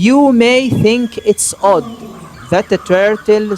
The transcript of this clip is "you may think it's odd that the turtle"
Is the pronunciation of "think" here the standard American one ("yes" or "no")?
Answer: yes